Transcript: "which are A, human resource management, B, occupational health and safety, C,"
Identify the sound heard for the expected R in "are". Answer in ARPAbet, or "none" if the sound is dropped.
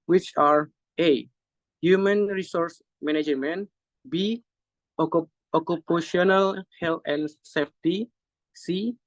R